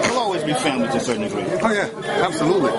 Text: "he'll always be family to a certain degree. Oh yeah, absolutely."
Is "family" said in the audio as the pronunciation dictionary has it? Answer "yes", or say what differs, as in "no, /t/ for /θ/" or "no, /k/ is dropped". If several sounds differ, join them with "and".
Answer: no, /m/ is dropped and /n/ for /l/